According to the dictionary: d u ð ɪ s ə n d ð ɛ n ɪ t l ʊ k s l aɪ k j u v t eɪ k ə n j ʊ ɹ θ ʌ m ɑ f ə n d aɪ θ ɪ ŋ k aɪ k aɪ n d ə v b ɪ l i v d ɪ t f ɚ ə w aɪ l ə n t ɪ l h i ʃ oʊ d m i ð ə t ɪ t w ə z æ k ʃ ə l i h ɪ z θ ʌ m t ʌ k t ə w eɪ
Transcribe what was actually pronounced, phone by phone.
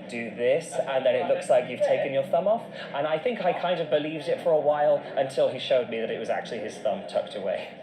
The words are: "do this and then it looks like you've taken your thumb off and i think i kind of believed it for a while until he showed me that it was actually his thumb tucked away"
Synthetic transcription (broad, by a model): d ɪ ð ɪ s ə n ð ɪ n ɪ t l ʊ k s l aɪ k j u v t eɪ k ə n j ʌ ɹ θ ʌ m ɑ f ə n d aɪ θ ɪ ŋ k aɪ k aɪ n d ə v b ɪ l i v d ɪ t f ɚ ə w aɪ l ə n t ɪ l i ʃ oʊ d m i ð ə t ɪ t w ə z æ k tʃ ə l i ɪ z θ ʌ m t ʌ k t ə w eɪ